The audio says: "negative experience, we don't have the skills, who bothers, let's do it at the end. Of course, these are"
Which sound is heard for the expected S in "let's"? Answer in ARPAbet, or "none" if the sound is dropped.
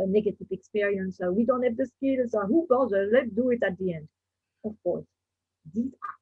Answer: none